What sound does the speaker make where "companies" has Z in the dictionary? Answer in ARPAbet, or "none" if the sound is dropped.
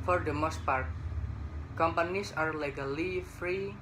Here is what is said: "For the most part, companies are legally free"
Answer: S